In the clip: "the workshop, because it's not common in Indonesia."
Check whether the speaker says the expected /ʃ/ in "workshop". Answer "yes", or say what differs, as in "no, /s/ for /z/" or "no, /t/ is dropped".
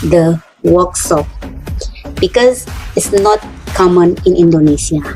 no, /s/ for /ʃ/